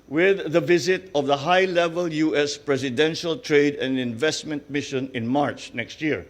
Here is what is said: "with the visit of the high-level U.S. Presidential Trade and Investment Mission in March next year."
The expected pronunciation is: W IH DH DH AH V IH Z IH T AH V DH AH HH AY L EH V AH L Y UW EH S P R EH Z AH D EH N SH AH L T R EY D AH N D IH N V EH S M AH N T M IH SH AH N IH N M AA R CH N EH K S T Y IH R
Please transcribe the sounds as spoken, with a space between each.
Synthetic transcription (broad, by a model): W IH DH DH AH V IH Z IH T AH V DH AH HH AY L EH V AH L Y UW EH S P R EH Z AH D EH N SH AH L T R EY D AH N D IH N V EH S M AH N T M IH SH AH N IH N M AA R CH N EH K S T Y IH R